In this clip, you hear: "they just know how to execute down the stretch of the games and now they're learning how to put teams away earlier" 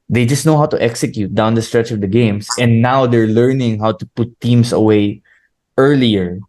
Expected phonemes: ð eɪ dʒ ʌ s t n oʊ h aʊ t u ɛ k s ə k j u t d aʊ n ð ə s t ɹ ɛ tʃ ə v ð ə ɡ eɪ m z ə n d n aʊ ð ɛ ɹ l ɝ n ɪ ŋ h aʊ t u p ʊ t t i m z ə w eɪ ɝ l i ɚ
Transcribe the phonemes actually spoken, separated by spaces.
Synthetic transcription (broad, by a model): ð eɪ dʒ ʌ s t n oʊ h aʊ t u ɛ k s ə k j u t d aʊ n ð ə s t ɹ ɛ tʃ ə v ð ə ɡ eɪ m s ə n n aʊ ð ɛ ɹ l ɝ n ɪ ŋ h aʊ t u p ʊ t t i m s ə w eɪ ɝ l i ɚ